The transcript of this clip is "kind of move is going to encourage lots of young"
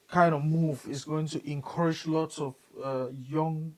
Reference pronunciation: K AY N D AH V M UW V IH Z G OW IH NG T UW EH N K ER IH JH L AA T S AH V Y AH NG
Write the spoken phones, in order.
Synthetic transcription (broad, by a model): K AY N D AH V M UW V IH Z G OW IH NG T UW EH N K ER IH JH L AA T S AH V Y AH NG